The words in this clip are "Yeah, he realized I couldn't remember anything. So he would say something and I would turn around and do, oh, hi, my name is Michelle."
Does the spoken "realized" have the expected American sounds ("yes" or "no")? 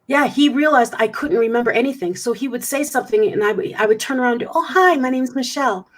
yes